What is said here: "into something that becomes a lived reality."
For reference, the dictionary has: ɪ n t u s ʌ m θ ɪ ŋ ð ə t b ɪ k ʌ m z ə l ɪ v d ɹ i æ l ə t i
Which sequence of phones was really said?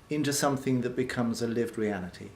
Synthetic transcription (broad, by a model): ɪ n t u s ʌ m θ ɪ ŋ ð ə t b ɪ k ʌ m z ə l ɪ v d ɹ i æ l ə t i